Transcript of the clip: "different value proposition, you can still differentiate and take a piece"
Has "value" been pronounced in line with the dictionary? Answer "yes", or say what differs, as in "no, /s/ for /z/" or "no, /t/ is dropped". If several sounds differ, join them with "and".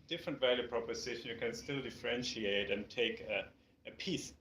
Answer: yes